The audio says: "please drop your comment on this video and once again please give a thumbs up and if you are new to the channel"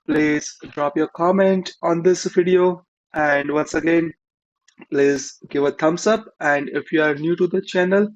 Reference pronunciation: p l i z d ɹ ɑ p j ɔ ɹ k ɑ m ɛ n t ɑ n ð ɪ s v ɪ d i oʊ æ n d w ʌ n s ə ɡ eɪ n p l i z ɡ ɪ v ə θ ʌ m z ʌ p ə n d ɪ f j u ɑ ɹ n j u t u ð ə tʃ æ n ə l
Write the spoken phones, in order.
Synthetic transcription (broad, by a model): p l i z d ɹ ɑ p j ɔ ɹ k ɑ m ɛ n t ɑ n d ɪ s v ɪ d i oʊ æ n d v ʌ n s ə ɡ eɪ n p l i z ɡ ɪ v ə t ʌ m s ʌ p ə n d ɪ f j u ɑ ɹ n j u t u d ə tʃ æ n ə l